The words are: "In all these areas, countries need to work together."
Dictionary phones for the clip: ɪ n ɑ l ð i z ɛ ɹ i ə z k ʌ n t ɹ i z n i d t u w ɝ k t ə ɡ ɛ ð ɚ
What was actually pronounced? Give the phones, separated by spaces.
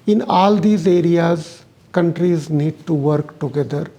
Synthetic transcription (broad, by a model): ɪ n ɑ l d i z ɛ ɹ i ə z k ʌ n t ɹ i z n i d t u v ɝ k t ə ɡ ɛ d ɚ